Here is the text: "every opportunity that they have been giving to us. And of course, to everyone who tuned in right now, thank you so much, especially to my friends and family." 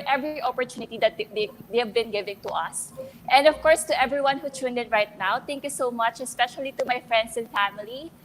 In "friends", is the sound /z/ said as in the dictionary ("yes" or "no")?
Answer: no